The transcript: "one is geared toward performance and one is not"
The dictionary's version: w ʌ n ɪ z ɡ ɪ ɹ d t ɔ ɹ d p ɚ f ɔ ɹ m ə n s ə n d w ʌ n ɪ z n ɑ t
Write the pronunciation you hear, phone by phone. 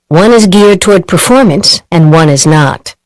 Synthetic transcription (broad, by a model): w ʌ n ɪ z ɡ ɪ ɹ d t ɔ ɹ d p ɚ f ɔ ɹ m ə n s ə n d w ʌ n ɪ z n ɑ t